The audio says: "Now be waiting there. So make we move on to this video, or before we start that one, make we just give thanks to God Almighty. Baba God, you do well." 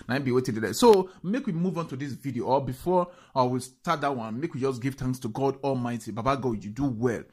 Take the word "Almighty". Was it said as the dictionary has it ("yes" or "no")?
yes